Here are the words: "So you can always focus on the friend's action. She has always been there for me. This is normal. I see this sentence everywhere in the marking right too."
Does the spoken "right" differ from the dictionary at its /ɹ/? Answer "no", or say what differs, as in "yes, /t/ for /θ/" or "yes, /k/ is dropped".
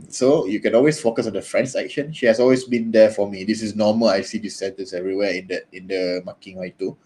yes, /w/ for /ɹ/